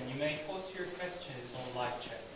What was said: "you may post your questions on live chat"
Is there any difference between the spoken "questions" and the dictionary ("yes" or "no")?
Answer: no